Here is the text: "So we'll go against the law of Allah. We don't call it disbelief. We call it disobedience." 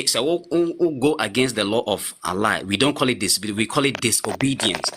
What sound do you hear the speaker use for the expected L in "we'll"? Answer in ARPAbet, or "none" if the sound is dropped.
W